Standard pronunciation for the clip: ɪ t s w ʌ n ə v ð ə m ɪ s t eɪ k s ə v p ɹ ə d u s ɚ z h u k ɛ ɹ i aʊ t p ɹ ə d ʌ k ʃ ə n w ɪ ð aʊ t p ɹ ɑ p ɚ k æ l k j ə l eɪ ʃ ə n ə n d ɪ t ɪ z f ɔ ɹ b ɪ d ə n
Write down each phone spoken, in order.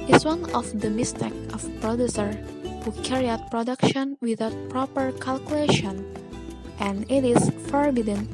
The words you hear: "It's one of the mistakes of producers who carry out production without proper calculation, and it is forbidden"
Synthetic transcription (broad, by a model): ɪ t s w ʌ n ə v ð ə m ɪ s t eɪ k ə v p ɹ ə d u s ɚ h u k ɛ ɹ i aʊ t p ɹ ə d ʌ k ʃ ə n w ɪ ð aʊ t p ɹ ɑ p ɚ k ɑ l k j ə l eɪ ʃ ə n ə n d ɪ t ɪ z f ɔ ɹ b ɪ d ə n